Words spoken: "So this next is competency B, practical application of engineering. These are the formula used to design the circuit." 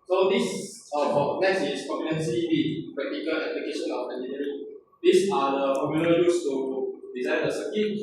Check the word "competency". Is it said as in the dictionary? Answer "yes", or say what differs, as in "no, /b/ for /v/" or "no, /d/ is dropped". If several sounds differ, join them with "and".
no, /p/ is dropped